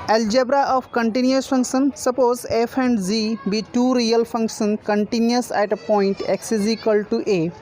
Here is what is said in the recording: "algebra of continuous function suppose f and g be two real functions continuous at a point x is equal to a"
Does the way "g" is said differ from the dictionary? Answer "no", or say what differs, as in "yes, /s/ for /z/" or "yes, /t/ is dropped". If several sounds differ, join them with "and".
yes, /z/ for /dʒ/